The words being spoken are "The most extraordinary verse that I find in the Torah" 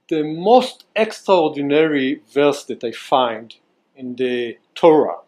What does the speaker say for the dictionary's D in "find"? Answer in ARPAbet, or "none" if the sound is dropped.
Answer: D